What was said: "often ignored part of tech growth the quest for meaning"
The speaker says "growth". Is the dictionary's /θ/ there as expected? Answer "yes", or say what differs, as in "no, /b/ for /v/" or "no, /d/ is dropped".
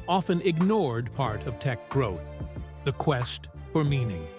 yes